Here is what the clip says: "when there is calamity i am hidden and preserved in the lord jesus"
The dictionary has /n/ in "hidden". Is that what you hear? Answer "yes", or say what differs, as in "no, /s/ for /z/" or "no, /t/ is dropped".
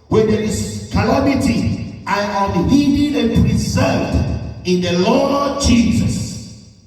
no, /n/ is dropped